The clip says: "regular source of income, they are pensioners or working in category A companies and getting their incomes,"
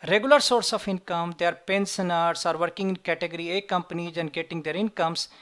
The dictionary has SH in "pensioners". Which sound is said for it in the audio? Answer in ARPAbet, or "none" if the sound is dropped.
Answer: S